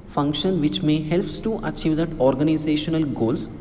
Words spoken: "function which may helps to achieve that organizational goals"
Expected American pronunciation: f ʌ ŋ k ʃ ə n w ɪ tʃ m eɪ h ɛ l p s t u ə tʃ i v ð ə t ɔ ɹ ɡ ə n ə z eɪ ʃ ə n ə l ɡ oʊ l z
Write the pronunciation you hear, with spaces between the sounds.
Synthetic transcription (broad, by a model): f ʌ ŋ k ʃ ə n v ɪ tʃ m eɪ h ɛ l p s t u ə tʃ i v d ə t ɔ ɹ ɡ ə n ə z eɪ ʃ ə n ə l ɡ oʊ l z